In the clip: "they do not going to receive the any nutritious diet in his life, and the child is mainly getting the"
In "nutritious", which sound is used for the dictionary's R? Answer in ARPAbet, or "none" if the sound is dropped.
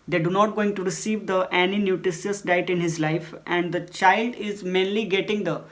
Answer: none